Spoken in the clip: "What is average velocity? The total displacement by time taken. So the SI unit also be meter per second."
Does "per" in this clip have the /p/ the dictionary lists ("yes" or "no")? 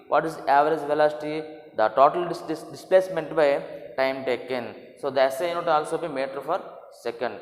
no